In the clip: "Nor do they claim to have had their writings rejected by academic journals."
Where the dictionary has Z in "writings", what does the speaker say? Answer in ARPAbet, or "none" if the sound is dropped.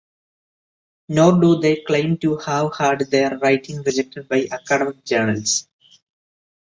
none